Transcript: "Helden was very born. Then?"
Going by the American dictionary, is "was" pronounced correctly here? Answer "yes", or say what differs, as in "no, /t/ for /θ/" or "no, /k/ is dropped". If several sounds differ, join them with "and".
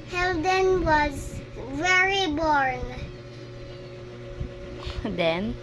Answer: yes